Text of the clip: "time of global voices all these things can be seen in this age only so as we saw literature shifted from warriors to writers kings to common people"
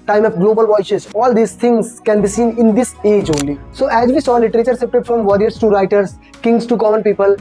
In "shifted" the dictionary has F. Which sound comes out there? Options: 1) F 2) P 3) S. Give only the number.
2